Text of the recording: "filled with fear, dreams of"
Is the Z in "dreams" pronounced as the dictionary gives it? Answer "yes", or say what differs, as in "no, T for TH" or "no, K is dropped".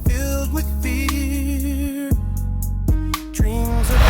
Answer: yes